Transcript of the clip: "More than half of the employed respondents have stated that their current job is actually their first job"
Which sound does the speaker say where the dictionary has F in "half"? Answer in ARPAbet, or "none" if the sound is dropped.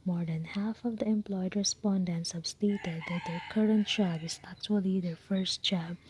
F